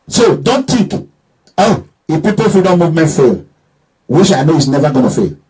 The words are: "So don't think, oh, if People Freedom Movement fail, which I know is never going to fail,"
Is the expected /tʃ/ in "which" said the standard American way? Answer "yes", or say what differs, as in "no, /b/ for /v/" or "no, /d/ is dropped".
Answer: no, /ʃ/ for /tʃ/